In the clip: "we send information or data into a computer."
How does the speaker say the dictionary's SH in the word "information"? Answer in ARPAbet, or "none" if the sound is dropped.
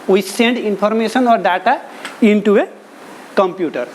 S